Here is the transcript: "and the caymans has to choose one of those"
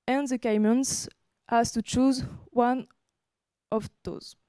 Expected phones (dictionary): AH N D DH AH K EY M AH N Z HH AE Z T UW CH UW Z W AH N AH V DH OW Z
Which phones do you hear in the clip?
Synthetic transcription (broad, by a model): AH N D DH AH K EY M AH N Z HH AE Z T UW CH UW Z W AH N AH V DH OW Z